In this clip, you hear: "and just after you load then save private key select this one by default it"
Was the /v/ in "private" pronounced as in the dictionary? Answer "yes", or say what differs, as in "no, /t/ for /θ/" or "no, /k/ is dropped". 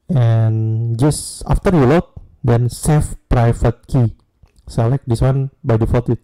no, /f/ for /v/